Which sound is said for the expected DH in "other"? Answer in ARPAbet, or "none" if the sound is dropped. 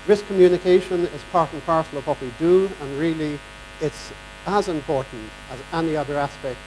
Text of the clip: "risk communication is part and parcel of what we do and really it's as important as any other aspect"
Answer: DH